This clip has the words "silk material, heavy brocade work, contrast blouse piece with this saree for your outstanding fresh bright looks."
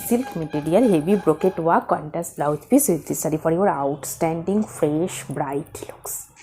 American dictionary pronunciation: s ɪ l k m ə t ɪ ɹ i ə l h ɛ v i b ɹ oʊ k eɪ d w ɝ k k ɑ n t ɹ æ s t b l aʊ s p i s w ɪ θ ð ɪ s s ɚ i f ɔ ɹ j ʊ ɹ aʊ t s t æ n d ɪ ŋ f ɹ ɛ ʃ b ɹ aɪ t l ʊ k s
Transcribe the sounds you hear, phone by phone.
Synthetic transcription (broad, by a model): s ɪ l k m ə t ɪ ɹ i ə l h ɛ v i b ɹ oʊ k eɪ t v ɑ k k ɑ n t æ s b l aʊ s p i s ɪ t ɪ s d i f ɔ ɹ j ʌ ɹ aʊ t s t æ n d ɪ ŋ f ɹ ɛ ʃ b ɹ aɪ t l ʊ k s